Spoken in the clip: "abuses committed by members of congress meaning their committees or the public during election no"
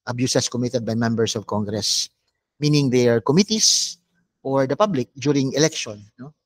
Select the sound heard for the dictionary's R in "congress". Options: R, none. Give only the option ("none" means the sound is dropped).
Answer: R